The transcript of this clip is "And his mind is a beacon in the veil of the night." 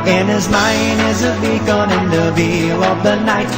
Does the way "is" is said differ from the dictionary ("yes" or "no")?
no